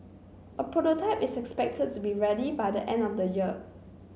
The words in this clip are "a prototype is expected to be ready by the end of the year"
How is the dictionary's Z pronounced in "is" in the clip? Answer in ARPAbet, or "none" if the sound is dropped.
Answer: S